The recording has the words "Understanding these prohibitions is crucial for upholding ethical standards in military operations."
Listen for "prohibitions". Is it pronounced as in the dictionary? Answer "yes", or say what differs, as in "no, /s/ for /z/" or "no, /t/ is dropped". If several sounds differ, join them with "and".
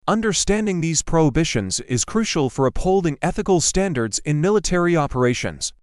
yes